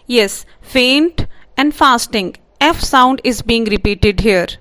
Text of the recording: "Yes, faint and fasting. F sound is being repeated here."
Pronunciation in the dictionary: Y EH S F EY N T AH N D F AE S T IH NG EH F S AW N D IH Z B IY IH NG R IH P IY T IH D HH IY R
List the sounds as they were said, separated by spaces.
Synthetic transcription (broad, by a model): Y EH S F EY N T AH N D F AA S T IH NG EH F S AW N D IH Z B IY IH NG R IH P IY T IH D HH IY R